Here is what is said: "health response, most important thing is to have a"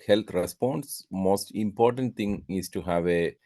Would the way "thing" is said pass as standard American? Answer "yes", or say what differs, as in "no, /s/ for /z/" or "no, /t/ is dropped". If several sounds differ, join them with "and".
no, /t/ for /θ/